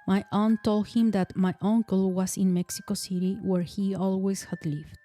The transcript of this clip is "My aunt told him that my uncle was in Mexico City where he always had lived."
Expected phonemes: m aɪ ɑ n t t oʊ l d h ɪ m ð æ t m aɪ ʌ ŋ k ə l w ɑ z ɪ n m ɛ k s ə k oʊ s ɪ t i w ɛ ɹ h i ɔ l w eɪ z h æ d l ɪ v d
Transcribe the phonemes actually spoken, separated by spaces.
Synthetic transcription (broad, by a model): m aɪ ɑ n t t oʊ l d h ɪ m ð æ t m aɪ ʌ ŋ k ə l w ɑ s ɪ n m ɛ k s ə k oʊ s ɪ t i w ɛ ɹ h i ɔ l w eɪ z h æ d l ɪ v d